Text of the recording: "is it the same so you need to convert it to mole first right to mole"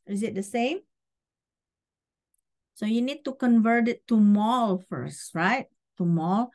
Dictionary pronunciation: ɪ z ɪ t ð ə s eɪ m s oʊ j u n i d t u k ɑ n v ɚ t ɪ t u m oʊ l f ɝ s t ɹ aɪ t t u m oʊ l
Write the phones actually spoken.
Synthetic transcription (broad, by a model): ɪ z ɪ t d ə s eɪ m s oʊ j u n i d t u k ɑ n v ɚ t ɪ t u m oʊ l f ɝ s t ɹ aɪ t t u m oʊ l